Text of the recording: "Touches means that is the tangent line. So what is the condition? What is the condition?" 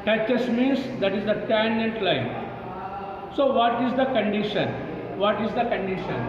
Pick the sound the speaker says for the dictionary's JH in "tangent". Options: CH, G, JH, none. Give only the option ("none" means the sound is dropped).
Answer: none